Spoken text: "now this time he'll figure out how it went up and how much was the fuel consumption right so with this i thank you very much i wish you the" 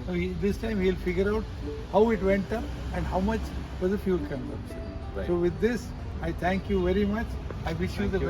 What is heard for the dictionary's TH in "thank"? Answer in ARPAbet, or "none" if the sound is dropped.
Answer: T